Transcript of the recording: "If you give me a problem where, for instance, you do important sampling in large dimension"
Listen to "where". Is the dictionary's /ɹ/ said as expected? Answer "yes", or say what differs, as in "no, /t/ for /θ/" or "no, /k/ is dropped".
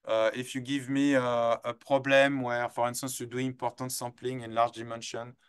yes